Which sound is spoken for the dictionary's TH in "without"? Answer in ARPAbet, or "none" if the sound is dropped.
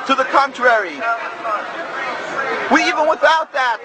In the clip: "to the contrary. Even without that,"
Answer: TH